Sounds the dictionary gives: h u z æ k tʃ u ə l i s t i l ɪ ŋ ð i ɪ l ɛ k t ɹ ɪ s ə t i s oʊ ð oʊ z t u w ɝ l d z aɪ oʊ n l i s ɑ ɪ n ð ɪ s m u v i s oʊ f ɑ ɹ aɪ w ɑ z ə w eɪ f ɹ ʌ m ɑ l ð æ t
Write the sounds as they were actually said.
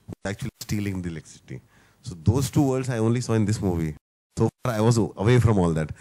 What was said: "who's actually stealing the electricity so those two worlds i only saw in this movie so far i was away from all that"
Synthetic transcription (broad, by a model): h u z æ k tʃ u ə l i s t i l ɪ ŋ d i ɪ l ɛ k s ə t i s oʊ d oʊ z t u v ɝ d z aɪ oʊ n l i s ɑ ɪ n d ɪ s m u v i s oʊ f ɑ ɹ aɪ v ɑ z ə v eɪ f ɹ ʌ m ɑ l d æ t